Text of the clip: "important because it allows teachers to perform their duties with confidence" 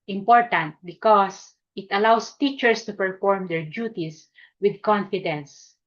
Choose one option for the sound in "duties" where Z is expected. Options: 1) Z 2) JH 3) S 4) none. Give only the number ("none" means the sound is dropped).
3